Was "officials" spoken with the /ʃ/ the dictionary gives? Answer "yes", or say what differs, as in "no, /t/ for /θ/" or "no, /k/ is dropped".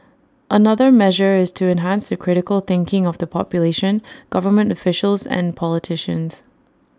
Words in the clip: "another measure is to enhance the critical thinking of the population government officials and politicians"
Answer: yes